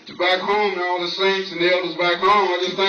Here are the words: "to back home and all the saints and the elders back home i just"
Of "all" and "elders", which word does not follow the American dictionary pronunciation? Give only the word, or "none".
none